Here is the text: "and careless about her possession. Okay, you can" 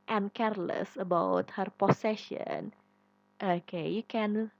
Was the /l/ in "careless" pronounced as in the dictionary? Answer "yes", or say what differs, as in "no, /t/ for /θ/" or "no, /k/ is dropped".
yes